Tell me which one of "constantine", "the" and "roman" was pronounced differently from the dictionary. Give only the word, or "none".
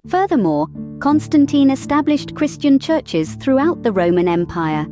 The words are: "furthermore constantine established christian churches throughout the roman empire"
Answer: none